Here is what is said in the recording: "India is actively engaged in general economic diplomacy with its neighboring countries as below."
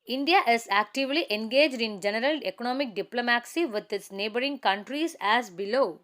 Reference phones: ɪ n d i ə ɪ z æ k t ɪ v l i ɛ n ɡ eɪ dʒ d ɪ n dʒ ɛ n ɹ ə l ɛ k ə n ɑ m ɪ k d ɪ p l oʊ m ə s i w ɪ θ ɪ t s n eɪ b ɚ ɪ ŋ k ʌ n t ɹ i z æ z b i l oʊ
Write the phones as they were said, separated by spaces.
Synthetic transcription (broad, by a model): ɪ n d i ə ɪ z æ k t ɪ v l i ɛ n ɡ eɪ dʒ d ɪ n dʒ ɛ n ɹ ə l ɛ k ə n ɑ m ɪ k d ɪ p l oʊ m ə s i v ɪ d ɪ t s n eɪ b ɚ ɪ ŋ k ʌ n t ɹ i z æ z b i l oʊ